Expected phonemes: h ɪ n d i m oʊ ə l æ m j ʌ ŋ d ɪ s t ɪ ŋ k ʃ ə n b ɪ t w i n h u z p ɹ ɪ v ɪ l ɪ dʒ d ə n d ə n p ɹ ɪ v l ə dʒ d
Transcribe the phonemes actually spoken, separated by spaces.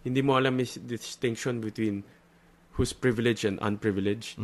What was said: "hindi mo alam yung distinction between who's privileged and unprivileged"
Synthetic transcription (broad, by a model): h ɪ n d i m oʊ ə l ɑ m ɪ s d ɪ s t ɪ ŋ k ʃ ə n b ɪ t w i n h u s p ɹ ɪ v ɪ l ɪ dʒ ə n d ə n p ɹ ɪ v l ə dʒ